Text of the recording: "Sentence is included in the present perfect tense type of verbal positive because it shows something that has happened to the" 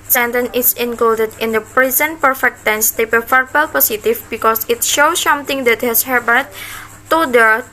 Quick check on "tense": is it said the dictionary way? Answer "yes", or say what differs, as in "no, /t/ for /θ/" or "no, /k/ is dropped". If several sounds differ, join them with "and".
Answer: yes